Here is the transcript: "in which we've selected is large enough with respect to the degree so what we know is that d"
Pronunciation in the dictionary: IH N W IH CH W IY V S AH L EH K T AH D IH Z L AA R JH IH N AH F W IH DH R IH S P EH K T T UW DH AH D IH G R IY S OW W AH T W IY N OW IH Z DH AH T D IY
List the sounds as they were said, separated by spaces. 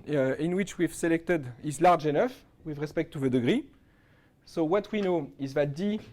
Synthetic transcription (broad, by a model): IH N W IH CH W IY V S AH L EH K T AH D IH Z L AA R JH IH N AH F W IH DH R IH S P EH K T T UW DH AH D IH G R IY S OW W AH T W IY N OW IH Z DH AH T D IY